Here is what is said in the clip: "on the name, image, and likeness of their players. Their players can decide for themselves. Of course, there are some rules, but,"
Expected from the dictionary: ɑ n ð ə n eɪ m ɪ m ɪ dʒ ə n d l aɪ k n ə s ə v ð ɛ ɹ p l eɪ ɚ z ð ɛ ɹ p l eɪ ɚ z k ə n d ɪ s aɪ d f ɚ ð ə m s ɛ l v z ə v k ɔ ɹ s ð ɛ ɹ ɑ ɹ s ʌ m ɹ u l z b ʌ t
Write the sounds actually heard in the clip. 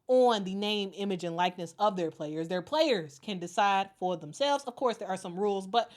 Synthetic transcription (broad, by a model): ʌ n ð ə n eɪ m ɪ m ɪ dʒ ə n l aɪ k n ə s ə v ð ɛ ɹ p l eɪ ɚ z ð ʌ ɹ p l eɪ ɚ z k ə n d ɪ s aɪ d f ɚ ð ə m s ɛ l v z ə v k ɔ ɹ s ð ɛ ɹ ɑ ɹ s ʌ m ɹ u l z b ʌ t